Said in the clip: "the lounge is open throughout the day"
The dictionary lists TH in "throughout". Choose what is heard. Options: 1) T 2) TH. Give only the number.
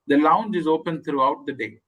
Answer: 1